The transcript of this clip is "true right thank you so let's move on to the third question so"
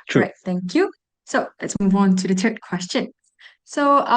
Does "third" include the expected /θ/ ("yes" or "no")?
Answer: no